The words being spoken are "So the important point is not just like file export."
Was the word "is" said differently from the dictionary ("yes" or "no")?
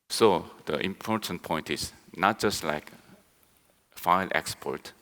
yes